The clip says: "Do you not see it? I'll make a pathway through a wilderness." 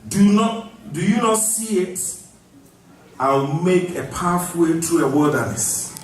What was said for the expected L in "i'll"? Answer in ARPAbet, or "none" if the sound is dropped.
W